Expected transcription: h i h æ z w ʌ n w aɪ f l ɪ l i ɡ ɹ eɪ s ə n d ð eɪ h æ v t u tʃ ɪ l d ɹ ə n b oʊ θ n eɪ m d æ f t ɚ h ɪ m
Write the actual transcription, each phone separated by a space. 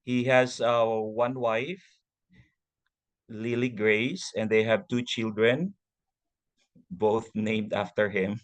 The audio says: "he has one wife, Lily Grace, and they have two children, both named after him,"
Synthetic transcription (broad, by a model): h i h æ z w ʌ n w aɪ f l ɪ l i ɡ ɹ eɪ s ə n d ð eɪ h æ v t u tʃ ɪ l d ɹ ə n b oʊ θ n eɪ m d æ f t ɚ h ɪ m